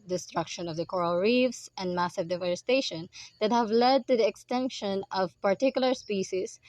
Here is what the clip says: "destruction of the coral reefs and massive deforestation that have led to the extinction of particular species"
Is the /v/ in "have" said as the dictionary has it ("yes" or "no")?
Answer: yes